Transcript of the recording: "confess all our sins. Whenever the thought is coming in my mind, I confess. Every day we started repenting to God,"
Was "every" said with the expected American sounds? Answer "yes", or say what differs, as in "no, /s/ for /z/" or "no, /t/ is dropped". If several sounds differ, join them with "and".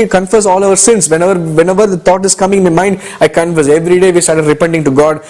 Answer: yes